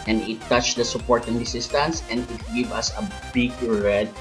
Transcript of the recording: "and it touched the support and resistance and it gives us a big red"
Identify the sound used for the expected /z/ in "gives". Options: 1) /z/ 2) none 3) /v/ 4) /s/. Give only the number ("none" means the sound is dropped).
2